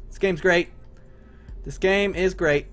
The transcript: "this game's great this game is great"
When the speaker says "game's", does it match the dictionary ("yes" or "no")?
yes